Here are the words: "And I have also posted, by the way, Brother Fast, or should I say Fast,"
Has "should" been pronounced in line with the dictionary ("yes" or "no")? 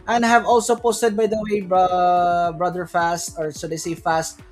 no